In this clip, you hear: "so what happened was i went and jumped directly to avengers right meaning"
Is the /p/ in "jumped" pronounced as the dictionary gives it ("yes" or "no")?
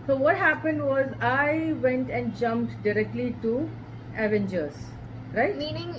yes